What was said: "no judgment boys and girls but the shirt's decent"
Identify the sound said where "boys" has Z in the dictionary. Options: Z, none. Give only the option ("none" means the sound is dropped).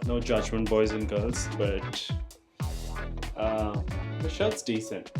Z